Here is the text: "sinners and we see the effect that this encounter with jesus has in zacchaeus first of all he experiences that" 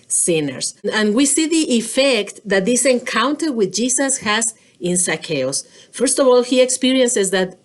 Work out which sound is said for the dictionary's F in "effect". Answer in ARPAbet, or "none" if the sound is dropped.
F